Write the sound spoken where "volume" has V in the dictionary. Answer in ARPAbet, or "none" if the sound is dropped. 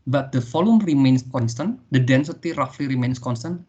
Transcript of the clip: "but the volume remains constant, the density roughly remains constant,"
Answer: F